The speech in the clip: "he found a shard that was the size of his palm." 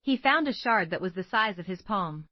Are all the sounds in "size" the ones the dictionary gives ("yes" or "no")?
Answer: yes